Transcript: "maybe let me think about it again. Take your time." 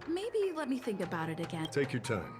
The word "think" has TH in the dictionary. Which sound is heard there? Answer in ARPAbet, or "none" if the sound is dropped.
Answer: TH